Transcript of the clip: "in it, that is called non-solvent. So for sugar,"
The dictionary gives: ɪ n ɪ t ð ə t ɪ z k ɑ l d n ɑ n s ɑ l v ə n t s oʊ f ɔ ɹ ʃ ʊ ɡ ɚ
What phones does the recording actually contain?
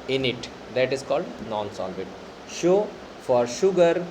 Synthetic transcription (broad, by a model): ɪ n ɪ t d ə t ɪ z k ɑ l d n ɑ n s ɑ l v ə t ʃ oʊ f ɔ ɹ ʃ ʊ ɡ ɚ